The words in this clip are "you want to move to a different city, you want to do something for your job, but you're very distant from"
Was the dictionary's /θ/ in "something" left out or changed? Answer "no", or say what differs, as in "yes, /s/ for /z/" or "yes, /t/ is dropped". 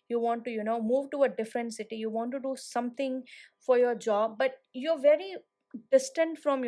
yes, /t/ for /θ/